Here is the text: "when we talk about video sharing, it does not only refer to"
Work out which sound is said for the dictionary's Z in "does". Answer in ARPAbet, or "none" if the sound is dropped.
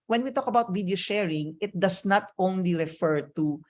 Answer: S